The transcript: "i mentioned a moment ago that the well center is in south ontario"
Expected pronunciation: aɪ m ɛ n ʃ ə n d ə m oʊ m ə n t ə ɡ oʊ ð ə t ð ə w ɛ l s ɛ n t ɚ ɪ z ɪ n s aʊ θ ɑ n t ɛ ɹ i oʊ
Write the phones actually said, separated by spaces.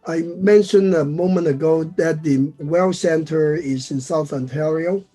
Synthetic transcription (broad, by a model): aɪ m ɛ n ʃ ə n d ə m oʊ m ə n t ə ɡ oʊ ð ə t ð ə w ɛ l s ɛ n t ɚ ɪ z ɪ n s aʊ θ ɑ n t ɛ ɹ i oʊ